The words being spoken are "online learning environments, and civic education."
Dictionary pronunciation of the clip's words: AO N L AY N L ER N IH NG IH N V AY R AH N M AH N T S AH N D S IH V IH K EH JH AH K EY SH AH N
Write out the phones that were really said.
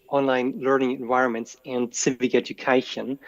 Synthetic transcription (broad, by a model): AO N L AY N L ER N IH NG IH N V AY R AH N M AH N T S AH N D S IH V IH K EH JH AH K EY SH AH N